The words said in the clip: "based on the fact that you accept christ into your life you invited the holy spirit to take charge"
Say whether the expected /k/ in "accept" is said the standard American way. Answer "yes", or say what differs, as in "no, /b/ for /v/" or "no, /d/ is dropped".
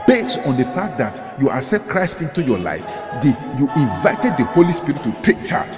no, /k/ is dropped